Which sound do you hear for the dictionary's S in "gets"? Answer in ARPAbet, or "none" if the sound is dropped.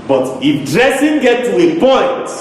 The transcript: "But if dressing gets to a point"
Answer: none